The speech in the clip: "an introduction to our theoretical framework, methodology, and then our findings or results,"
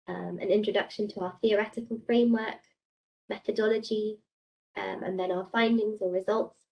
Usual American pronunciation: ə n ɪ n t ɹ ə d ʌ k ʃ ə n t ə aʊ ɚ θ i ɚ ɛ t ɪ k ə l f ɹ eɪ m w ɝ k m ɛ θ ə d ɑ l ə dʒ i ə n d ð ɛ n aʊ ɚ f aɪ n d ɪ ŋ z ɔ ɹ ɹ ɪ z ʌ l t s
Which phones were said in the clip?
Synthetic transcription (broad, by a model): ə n ɪ n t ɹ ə d ʌ k ʃ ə n t ə aʊ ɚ θ i ɚ ɛ t ɪ k ə l f ɹ eɪ m w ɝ k m ɛ θ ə d ɑ l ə dʒ i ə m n ð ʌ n aʊ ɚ f aɪ n d ɪ ŋ z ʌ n ɹ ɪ z ʌ l t s